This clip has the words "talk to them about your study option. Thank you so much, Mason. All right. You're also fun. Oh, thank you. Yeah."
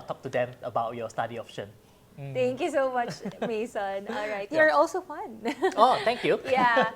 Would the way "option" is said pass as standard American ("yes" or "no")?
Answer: no